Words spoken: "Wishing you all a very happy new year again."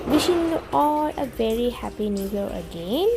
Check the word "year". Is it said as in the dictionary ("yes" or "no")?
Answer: no